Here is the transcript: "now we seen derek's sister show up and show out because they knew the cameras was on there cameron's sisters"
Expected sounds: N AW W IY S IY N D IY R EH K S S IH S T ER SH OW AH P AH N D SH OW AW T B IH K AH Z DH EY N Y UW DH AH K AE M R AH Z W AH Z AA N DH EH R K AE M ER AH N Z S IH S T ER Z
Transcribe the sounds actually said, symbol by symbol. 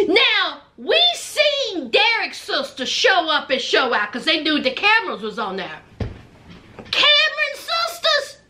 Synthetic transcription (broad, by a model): N AW W IY S IY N D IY R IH K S S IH S T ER SH OW AH P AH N SH OW AW T K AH Z DH EY N Y UW DH AH K AE M R AH Z W AH Z N DH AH R K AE M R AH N S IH S T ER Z